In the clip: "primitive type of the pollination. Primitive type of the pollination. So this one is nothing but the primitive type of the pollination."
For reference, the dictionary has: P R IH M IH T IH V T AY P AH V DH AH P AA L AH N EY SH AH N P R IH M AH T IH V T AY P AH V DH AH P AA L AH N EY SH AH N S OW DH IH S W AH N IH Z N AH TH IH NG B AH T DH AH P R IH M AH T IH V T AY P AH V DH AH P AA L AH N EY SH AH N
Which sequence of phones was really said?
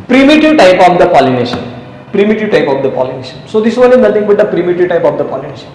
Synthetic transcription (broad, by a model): P R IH M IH T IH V T AY P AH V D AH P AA L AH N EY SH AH N P R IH M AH T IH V T AY P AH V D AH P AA L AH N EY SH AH N S OW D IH S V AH N IH Z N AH T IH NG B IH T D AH P R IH M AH T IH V T AY P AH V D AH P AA L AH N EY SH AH N